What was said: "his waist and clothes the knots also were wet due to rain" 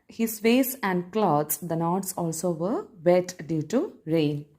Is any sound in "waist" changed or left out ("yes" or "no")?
yes